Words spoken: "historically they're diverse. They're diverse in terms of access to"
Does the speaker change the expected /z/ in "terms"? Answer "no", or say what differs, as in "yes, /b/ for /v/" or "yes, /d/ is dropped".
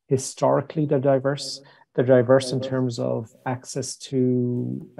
no